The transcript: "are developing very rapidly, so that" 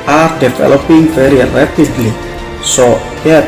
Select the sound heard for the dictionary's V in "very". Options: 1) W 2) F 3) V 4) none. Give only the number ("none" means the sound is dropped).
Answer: 2